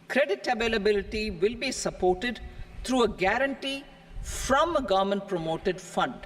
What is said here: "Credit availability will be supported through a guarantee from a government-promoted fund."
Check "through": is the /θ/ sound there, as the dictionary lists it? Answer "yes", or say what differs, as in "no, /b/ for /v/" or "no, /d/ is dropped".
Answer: no, /t/ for /θ/